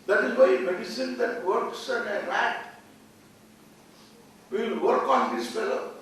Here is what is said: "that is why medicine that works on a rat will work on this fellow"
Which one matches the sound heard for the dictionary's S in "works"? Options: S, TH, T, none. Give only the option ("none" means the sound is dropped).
S